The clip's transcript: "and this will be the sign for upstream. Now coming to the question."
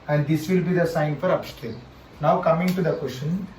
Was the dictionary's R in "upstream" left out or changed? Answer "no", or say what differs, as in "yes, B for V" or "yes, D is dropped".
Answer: yes, R is dropped